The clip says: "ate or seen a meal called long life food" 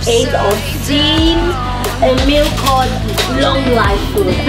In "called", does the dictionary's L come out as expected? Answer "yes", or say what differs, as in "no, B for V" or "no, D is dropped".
no, L is dropped